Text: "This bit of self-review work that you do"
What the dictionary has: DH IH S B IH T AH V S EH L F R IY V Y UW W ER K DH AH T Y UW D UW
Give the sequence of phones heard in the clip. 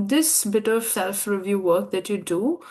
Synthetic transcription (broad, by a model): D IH S B IH T AH V S EH L F R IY V Y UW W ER K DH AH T Y UW D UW